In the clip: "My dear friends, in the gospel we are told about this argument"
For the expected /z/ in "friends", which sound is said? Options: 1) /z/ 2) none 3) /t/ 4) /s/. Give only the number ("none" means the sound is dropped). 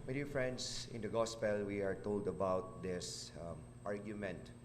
4